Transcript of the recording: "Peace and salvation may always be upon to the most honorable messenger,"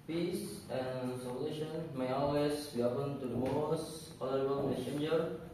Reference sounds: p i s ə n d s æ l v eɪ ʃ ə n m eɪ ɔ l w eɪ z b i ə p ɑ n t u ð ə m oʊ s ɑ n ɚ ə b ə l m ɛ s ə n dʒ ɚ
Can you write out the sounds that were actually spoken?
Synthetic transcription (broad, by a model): p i s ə n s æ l eɪ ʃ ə n m eɪ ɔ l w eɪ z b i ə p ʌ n t u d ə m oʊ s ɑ l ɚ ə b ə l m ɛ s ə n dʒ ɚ